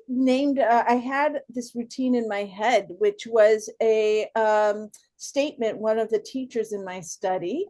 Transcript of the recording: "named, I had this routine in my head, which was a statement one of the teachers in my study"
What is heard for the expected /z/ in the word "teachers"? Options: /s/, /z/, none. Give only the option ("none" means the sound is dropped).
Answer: /z/